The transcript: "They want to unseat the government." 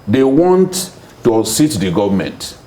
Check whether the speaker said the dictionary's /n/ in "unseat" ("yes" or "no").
no